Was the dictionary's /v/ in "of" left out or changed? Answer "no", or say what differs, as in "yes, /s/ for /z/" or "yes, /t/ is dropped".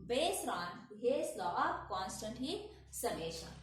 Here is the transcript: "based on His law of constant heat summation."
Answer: yes, /p/ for /v/